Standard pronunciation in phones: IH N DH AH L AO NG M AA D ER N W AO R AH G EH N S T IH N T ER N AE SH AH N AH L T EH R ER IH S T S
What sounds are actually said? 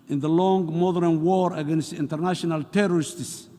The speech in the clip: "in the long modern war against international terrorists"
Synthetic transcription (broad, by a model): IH N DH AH L AO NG M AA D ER N W AO R AH G EH N S T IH N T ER N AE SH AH N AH L T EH R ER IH S T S